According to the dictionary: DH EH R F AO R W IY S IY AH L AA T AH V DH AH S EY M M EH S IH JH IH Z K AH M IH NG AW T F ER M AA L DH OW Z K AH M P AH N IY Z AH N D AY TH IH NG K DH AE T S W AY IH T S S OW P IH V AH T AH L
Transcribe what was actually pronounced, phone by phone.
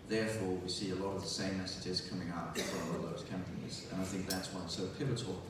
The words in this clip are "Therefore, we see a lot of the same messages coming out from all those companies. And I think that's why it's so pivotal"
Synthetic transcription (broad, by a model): DH EH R F AO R W IY S IY AH L AA T AH V DH AH S EY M M EH S IH JH IH Z K AH M IH NG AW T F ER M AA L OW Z K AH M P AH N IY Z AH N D AY TH IH NG K DH AE T S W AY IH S S OW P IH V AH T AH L